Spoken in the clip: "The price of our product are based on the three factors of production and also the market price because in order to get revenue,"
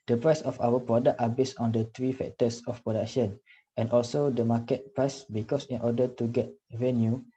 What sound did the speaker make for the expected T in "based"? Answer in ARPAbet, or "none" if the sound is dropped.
none